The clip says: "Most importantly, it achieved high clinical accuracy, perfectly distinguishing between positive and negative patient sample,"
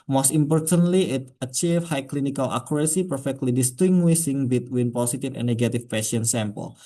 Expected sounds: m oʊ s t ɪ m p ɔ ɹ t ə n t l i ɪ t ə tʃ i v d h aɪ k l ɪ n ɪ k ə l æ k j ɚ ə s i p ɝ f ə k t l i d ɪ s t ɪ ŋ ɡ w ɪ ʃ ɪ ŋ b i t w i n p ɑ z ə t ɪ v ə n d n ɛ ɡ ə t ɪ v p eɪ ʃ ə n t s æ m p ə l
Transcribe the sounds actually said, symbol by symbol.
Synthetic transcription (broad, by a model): m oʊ s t ɪ m p ɔ ɹ t ə n t l i ɪ t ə tʃ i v h aɪ k l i n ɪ k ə l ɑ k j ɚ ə s i p ɝ f ə k t l i d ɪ s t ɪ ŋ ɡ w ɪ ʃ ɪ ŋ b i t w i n p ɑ s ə t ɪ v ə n n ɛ ɡ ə t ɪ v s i ə n s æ m p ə l